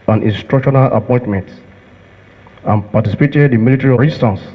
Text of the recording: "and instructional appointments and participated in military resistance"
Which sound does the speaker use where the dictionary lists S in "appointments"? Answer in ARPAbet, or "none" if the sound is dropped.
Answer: none